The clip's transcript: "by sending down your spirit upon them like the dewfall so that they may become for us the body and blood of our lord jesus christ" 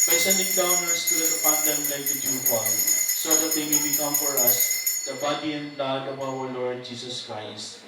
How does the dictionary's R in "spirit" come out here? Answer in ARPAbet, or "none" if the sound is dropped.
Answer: L